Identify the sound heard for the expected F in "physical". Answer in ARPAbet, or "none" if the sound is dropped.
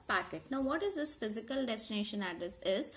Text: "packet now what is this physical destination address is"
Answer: F